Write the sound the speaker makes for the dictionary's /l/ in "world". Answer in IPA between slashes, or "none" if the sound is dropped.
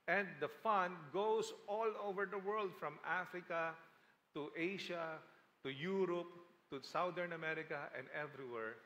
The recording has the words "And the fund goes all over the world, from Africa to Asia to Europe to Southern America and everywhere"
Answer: /l/